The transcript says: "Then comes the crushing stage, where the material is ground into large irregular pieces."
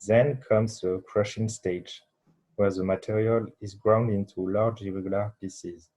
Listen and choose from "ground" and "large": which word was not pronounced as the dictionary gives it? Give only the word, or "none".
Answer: none